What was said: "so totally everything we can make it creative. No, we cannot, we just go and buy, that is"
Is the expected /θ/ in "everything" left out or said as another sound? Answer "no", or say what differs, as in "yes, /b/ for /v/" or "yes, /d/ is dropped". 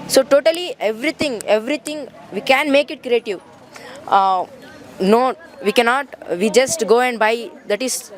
yes, /t/ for /θ/